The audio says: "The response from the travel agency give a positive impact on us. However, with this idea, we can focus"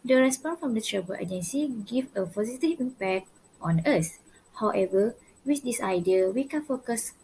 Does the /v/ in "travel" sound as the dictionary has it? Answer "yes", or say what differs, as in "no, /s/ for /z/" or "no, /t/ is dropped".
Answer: no, /b/ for /v/